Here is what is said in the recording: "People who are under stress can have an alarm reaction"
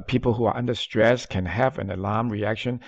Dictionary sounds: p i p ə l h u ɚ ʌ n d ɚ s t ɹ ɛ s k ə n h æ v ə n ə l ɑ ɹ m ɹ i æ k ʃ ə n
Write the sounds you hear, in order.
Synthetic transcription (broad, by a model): p i p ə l h u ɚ ʌ n d ɚ s t ɹ ɛ s k ə n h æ v ə n ə l ɑ ɹ m ɹ i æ k ʃ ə n